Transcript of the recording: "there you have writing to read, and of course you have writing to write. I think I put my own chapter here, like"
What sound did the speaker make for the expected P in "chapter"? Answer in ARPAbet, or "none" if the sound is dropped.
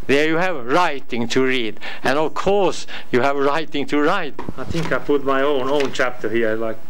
P